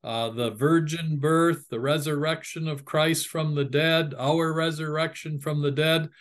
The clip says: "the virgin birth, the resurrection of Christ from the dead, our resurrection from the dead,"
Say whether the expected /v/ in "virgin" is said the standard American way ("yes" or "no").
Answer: yes